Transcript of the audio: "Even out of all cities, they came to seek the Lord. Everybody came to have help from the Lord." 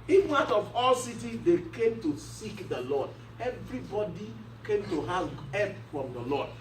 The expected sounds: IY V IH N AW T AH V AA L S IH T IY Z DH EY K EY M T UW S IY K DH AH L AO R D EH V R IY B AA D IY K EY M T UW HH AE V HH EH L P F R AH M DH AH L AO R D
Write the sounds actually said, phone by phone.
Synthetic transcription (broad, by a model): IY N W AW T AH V AA L S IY T IY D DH EY K EY M T UW S IY K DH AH L AO D EH V R IY B AA D IY K EY M T UW HH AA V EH P F R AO M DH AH L AO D